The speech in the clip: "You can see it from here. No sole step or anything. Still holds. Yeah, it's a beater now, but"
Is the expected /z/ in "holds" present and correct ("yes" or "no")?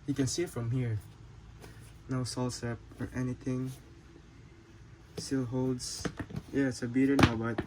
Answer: no